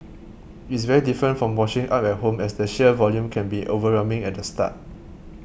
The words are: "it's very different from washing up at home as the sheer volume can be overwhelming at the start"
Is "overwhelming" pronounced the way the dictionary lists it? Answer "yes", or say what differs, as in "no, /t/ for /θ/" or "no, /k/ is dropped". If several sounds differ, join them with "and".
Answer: no, /l/ is dropped